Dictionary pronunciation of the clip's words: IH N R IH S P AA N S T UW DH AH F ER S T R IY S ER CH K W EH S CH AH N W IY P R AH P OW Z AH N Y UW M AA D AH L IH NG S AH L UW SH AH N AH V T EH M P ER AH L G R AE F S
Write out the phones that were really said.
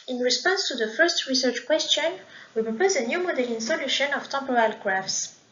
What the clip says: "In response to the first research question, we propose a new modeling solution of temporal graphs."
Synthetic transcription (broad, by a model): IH N R IH S P AA N S T UW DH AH F ER S T R IY S ER CH K W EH S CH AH N W IY P R AH P OW Z AH N Y UW M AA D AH L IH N S AH L UW SH AH N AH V T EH M P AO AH L G R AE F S